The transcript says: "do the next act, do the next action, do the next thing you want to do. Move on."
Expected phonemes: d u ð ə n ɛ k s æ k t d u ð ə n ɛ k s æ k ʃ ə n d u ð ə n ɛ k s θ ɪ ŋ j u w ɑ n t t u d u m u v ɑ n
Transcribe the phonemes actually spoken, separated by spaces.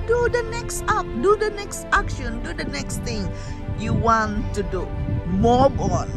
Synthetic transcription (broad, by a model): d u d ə n ɛ k s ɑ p d u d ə n ɛ k s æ k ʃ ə n d u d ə n ɛ k s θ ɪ ŋ j u w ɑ n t t u d u m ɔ b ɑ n